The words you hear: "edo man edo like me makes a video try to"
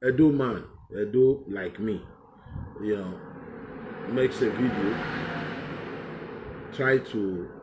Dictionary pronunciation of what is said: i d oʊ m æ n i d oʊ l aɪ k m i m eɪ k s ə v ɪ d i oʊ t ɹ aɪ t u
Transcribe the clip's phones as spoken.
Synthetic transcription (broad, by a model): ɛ d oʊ m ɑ n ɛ d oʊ l aɪ k m i m eɪ k s ə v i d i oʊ t ɹ aɪ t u